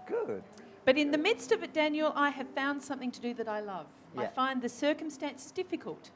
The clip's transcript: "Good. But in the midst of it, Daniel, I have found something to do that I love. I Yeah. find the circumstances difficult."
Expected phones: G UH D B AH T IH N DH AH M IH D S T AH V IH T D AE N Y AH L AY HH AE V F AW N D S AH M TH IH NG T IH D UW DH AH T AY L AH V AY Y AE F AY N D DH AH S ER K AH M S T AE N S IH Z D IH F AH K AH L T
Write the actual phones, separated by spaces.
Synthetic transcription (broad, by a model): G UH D B AH T IH N DH AH M IH D S T AH V IH T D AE N Y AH L AY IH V F AW N D S AH M TH IH NG T IH D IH DH AH T AY L AH V AY F AY N DH AH S ER K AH M S T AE N S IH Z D IH F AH K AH L T